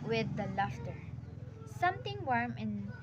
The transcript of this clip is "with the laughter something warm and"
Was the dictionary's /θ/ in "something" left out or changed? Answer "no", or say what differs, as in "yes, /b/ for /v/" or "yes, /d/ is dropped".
yes, /t/ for /θ/